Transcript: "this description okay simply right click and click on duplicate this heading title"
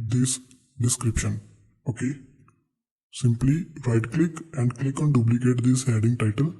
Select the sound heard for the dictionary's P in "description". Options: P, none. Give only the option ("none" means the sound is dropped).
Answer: P